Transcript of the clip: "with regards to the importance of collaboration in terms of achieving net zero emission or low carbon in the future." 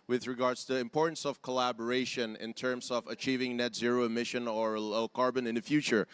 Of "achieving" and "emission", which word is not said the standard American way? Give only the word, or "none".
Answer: none